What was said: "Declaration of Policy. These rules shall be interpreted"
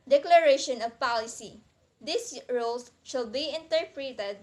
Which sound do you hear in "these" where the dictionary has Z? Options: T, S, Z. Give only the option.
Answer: S